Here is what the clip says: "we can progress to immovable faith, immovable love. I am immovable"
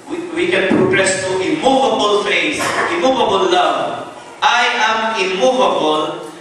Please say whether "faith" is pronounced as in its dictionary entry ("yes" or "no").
no